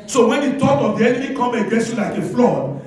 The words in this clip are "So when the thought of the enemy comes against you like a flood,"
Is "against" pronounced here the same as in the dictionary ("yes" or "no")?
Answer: no